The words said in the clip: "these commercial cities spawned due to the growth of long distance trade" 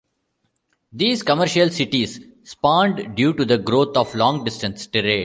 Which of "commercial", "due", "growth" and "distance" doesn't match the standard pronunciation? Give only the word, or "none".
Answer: growth